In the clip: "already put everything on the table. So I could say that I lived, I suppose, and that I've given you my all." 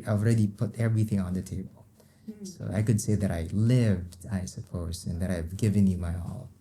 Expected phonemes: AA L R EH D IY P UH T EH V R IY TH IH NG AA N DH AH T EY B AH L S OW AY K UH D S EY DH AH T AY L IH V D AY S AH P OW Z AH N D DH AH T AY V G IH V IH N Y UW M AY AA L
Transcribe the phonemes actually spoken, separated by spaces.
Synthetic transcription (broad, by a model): AA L R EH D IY P UH T EH V R IY TH IH NG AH N DH AH T EY B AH L S OW AY K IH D S EY DH AH T AY L IH V D AY S AH P OW Z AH N DH AH T AY V G IH V IH N Y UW M AY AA L